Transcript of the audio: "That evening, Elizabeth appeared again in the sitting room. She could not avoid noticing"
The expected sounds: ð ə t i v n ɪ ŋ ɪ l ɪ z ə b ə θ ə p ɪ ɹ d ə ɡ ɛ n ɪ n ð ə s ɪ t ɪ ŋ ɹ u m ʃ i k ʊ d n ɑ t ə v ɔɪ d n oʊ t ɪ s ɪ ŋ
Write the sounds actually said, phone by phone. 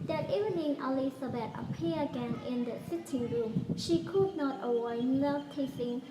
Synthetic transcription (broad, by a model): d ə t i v n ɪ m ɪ l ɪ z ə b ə t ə p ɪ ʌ ə ɡ ɛ n ɪ n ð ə s ɪ t ɪ ŋ ɹ u m ʃ i k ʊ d n ɑ t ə w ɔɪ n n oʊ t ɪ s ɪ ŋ